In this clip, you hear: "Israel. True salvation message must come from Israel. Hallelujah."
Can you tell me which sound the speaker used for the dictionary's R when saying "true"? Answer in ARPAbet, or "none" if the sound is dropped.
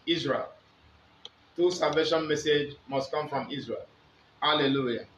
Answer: none